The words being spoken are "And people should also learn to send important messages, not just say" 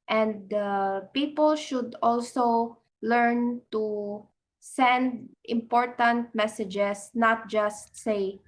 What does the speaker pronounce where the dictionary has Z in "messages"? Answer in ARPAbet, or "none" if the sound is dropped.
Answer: S